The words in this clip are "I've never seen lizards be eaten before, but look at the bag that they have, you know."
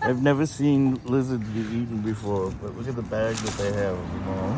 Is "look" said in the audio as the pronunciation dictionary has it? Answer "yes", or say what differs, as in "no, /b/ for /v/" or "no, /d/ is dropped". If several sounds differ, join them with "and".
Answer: no, /w/ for /l/